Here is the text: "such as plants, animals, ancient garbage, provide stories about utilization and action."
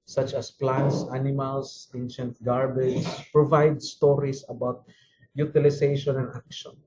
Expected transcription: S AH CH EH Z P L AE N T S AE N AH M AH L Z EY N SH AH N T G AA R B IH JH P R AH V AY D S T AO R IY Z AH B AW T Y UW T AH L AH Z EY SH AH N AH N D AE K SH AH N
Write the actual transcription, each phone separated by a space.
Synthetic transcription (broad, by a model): S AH CH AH S P L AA N T S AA N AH M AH L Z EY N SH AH N T G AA R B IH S P R AH V AY D S T AO R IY S AH B AW T Y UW T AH L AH S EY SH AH N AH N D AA K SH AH N